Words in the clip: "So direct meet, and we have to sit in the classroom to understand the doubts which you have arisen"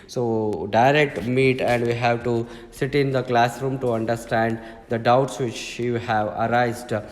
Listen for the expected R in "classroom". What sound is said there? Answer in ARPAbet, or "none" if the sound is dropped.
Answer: R